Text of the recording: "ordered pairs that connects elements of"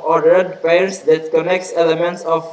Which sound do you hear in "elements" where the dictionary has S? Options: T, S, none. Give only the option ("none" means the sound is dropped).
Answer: S